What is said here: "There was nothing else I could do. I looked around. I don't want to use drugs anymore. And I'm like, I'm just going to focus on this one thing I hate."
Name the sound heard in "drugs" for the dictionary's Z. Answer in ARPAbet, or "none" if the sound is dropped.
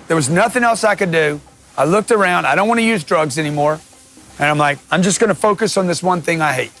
Z